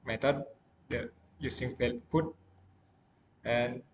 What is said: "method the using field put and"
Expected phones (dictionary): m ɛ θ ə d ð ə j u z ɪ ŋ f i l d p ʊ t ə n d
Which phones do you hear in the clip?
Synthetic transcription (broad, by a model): m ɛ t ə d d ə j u s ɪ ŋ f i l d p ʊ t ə n